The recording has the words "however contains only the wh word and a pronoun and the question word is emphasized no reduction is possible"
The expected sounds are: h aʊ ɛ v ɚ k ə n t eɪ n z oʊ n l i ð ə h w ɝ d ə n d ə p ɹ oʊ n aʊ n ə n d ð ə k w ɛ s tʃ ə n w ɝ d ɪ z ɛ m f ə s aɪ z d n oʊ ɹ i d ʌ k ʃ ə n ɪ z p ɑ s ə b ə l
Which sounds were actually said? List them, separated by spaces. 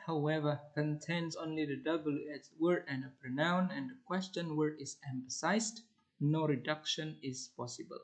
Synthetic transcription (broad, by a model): h aʊ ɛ v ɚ k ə n t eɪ n s oʊ n l i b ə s w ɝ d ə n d ə p ɹ oʊ n aʊ n ə n d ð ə k w ɛ s tʃ ə n w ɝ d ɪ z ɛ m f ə s aɪ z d n oʊ ɹ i d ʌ k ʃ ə n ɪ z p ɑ s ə b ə l